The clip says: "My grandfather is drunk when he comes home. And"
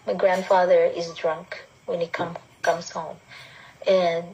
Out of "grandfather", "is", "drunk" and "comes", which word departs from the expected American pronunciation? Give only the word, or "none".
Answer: none